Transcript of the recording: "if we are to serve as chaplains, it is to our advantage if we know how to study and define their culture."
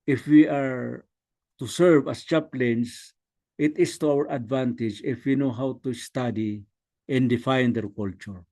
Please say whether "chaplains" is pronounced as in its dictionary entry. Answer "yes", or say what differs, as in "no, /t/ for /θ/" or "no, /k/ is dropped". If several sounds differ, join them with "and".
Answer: no, /s/ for /z/